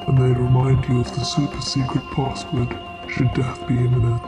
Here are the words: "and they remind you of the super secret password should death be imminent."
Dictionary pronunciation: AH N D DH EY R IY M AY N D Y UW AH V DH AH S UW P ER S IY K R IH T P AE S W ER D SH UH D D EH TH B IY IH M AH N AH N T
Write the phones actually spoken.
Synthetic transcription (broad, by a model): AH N DH EY R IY M AY N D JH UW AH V DH AH S UW P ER S IY K R IH T P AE S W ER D SH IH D D EH TH B IY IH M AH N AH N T